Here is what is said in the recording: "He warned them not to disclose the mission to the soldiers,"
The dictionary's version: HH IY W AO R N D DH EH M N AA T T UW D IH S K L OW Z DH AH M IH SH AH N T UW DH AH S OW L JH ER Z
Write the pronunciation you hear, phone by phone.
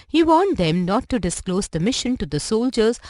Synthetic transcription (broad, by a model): HH IY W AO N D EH M N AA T T UW D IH S K L OW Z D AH M IH SH AH N T UW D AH S OW L JH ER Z